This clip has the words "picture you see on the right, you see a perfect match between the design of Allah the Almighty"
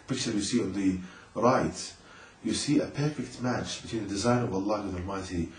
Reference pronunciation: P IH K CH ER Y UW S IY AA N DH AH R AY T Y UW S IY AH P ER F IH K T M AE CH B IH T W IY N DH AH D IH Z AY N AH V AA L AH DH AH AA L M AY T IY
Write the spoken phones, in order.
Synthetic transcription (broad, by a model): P IH K CH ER Y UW S IY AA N DH AH R AY T Y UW S IY AH P ER F IH K T M AE CH B IH T W IY N DH AH D IH Z AY N AH V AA L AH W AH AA L M AY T IY